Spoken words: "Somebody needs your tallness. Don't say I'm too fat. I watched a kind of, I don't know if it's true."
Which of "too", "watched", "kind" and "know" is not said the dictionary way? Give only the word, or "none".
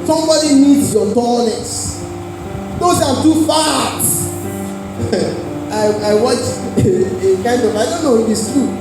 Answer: watched